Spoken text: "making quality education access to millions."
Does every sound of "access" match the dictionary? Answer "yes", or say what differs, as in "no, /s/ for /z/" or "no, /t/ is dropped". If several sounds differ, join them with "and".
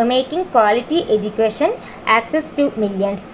yes